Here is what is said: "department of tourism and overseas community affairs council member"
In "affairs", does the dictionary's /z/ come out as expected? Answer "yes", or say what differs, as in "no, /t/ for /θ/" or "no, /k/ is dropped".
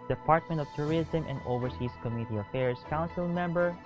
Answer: no, /s/ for /z/